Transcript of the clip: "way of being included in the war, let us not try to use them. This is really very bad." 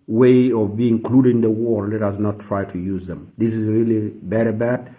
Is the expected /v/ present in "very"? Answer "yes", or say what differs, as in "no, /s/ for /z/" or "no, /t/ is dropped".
no, /b/ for /v/